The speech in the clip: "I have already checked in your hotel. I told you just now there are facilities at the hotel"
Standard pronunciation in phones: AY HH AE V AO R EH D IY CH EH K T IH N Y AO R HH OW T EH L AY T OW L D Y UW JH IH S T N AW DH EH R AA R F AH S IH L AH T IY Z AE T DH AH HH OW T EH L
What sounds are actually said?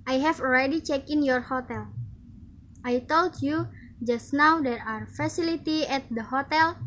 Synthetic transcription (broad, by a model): AY HH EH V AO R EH D IY CH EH K IH N Y AO R HH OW T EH L AY T OW L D Y UW JH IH S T N AW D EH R AA R F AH S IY L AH T IY EH T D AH HH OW T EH L